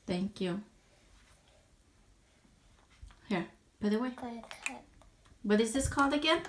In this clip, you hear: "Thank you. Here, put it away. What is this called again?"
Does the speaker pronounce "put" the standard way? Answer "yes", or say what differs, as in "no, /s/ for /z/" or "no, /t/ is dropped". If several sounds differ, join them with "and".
no, /b/ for /p/ and /t/ is dropped